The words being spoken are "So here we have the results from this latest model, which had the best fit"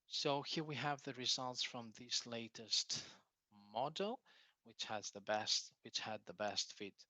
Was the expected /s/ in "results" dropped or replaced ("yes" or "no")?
no